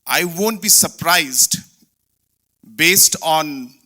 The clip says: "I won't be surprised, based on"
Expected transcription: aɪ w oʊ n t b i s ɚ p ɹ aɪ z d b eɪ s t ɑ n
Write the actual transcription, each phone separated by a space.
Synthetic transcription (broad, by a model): aɪ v oʊ n t b i s ɚ p ɹ aɪ z d b eɪ s t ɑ n